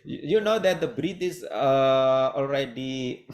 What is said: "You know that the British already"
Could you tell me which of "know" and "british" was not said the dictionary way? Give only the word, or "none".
british